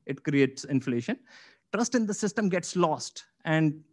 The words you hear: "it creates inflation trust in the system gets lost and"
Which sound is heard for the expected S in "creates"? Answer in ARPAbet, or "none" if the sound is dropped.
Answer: S